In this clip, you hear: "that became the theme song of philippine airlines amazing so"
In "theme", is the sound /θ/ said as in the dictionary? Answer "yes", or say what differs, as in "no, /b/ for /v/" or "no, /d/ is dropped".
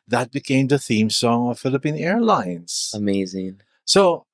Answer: yes